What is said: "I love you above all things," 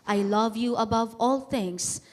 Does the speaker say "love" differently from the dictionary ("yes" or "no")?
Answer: no